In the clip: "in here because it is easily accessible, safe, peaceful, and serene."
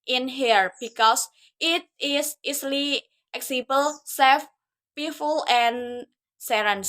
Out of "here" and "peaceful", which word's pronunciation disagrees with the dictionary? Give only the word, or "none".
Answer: peaceful